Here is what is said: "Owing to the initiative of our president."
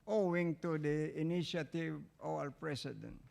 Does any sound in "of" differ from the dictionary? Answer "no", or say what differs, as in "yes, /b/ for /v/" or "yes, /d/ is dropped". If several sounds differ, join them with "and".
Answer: yes, /w/ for /v/